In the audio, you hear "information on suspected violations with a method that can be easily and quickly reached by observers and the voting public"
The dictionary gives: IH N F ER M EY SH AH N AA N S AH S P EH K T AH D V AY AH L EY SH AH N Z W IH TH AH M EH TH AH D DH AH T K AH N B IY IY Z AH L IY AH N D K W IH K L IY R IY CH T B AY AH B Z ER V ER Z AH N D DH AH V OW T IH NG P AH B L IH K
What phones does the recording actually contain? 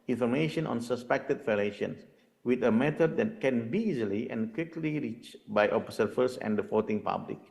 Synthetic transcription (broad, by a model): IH N F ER M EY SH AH N AA N S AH S P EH K T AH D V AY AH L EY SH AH N S W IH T AH M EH T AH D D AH T K AH N B IY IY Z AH L IY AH N K W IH K L IY R IY CH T B AY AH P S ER F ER S AH N D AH F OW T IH NG P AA B L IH K